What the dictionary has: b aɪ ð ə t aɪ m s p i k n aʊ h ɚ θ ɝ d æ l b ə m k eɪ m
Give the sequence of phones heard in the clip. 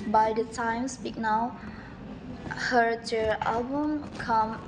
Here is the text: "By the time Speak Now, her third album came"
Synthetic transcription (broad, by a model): b aɪ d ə t aɪ m s p i k n aʊ h ɚ t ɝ æ l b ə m k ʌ m